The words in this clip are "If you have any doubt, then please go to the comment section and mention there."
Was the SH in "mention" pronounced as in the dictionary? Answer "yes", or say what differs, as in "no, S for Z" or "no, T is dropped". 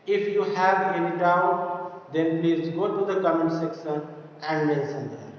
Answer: no, S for SH